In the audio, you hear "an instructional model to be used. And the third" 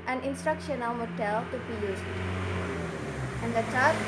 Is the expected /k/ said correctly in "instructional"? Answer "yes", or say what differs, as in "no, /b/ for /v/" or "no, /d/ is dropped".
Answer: yes